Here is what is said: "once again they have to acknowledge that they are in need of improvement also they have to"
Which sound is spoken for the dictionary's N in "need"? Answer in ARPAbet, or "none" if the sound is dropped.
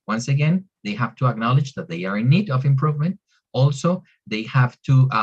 N